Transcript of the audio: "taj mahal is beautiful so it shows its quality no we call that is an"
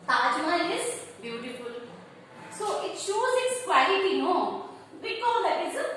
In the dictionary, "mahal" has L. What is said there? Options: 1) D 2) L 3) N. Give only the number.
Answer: 3